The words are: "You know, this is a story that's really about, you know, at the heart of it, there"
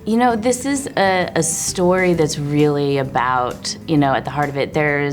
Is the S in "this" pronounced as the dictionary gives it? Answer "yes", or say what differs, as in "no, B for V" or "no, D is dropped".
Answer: yes